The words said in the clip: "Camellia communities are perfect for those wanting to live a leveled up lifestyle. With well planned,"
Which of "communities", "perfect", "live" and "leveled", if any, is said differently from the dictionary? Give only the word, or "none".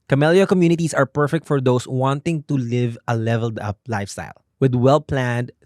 communities